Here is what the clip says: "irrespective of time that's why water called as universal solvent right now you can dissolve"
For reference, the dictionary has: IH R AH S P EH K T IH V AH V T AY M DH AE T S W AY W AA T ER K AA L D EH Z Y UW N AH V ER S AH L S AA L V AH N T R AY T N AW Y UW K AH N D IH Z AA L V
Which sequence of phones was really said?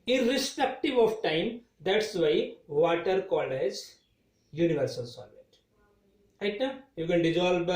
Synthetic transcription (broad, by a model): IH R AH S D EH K T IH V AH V T AY M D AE T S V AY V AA T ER K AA L EH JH Y UW N AH V ER S AH L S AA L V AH T R AY T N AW Y UW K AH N D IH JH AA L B